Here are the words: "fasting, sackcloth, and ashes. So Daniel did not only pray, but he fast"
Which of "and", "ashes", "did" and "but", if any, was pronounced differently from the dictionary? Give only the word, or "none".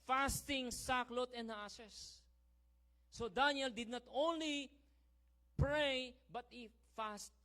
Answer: ashes